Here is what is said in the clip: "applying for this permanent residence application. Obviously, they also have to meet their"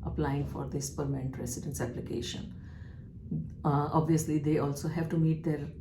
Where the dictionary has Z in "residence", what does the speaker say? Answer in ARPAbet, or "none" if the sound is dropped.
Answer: S